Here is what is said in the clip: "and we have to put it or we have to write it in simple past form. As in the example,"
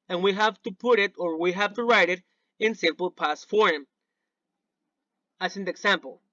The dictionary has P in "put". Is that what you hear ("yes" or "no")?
yes